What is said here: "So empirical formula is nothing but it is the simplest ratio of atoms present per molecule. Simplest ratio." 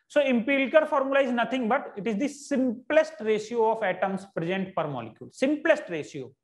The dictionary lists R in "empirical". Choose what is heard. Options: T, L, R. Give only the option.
L